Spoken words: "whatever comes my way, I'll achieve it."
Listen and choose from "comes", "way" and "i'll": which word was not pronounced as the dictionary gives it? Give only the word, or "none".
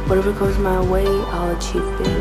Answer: comes